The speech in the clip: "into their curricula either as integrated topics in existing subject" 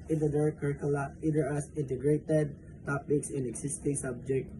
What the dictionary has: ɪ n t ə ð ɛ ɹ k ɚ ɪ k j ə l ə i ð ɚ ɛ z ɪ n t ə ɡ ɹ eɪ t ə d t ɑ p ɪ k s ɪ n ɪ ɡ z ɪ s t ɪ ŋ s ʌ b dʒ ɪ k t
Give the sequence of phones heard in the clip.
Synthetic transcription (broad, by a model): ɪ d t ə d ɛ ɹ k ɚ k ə l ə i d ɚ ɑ s ɪ n t ə ɡ ɹ eɪ t ə d t ɑ p ɪ k s ɪ n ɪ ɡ s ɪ s t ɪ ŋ s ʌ b dʒ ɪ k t